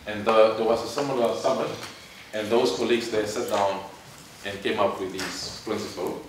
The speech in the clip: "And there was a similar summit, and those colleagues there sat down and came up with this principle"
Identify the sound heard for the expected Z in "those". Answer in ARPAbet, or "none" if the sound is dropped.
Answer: S